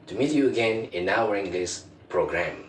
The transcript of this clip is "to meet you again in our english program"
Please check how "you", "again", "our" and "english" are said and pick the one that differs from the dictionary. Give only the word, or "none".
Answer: english